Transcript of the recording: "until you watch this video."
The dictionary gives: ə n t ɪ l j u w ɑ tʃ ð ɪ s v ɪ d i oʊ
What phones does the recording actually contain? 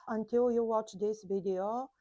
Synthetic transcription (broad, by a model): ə n t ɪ l j u w ɑ tʃ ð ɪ s v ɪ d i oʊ